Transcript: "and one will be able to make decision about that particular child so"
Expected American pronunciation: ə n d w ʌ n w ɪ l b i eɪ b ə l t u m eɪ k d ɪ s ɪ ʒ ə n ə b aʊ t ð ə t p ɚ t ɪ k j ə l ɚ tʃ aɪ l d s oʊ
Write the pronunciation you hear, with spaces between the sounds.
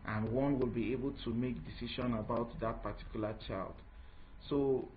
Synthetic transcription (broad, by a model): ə n w ʌ n w ɪ l b i eɪ b ə l t u m eɪ k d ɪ s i ʃ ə n ə b aʊ t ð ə t p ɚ t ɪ k j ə l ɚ tʃ aɪ l d s oʊ